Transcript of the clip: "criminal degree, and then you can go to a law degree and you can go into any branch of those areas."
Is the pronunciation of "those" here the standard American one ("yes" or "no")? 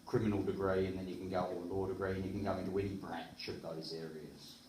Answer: yes